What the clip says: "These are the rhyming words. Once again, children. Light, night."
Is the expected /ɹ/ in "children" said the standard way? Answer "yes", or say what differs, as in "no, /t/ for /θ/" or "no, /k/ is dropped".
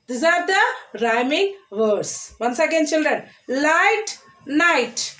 yes